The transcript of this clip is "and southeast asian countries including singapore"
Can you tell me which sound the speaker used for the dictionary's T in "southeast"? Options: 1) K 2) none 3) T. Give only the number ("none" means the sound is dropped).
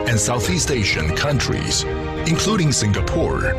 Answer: 3